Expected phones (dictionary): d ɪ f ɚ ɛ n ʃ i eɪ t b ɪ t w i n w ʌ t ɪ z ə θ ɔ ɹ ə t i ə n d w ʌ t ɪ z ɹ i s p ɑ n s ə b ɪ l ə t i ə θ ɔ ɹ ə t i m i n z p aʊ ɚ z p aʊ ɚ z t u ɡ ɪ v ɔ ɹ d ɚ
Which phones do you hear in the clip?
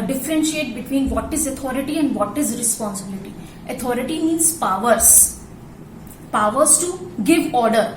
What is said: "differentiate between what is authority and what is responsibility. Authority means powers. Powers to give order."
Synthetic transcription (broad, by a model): d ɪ f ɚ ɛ n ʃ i eɪ t b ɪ t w i n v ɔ t ɪ z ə t ɔ ɹ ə t i ə n d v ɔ t ɪ z ɹ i s p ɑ n s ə b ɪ l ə t i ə t ɔ ɹ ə t i m i n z p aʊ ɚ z p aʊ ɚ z t u ɡ ɪ v ɔ ɹ d ɚ